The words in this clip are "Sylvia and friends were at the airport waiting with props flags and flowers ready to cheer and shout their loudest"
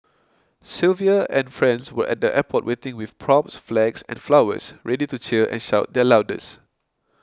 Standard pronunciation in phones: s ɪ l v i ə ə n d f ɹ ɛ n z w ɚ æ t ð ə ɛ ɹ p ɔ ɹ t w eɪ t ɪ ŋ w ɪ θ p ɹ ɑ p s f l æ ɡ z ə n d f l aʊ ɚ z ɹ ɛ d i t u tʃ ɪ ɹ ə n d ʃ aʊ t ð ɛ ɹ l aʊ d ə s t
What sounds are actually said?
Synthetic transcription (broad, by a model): s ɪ l v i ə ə n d f ɹ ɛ n s w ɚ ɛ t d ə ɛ p ɔ t w eɪ t ɪ ŋ w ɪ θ p ɹ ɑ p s f l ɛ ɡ s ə n f l aʊ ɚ s ɹ ɛ d i t u tʃ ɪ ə n ʃ aʊ t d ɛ l aʊ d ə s